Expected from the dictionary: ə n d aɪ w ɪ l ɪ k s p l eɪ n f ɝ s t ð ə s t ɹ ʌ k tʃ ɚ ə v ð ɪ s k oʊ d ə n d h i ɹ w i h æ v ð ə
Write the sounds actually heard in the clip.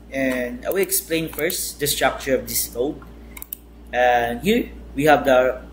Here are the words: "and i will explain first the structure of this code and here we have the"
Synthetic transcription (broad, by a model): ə n d aɪ w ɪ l ɪ k s p l eɪ n f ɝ s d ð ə s t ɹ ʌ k tʃ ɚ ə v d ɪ s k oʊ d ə n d h i ɹ w i h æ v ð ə